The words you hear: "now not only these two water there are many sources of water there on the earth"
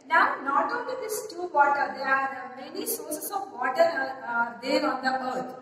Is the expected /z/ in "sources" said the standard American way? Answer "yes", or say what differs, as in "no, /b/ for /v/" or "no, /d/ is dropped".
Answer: no, /s/ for /z/